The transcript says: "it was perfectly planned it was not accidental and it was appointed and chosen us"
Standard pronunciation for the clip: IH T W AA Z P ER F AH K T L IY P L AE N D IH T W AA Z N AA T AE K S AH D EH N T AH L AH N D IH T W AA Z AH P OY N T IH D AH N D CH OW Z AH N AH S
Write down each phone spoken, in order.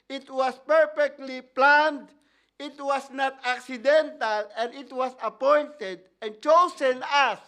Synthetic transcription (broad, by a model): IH T W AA S P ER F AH K T L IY P L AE N D IH T W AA S N AA T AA K S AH D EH N T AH L AH N D IH T W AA S AH P OY N T IH D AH N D CH OW S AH N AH S